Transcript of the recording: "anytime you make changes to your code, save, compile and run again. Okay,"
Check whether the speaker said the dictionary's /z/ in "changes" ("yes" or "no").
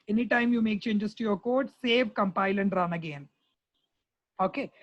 no